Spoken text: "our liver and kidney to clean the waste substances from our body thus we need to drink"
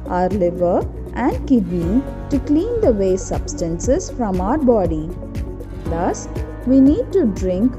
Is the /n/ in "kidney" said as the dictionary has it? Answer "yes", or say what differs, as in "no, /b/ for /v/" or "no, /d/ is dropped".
no, /n/ is dropped